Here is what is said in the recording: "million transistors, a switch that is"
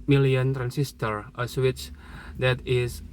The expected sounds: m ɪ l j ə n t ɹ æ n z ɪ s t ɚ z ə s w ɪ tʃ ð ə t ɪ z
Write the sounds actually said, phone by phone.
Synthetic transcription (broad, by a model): m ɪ l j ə n t ɹ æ n s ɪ s t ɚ ə s w ɪ tʃ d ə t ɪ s